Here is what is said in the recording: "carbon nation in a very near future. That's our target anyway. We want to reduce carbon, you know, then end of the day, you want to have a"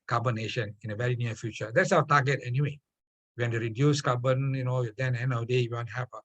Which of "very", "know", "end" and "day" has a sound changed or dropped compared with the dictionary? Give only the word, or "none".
end